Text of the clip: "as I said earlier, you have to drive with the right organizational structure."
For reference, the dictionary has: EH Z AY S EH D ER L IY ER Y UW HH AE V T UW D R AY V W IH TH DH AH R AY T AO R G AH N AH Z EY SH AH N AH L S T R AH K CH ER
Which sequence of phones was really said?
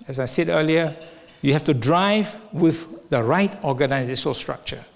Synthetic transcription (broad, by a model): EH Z AY S EH D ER L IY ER Y UW HH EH F T UW D R AY V W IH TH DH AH R AY T AO G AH N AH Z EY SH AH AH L S T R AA K CH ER